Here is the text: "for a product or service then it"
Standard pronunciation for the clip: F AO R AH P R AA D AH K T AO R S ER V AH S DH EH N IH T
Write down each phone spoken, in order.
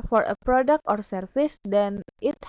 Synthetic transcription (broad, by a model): F AO R AH P R AA D AH K T AO R S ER F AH S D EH N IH T